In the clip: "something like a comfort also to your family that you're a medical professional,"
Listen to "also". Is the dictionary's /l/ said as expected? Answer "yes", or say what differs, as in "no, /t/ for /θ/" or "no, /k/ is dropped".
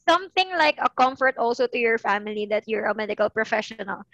yes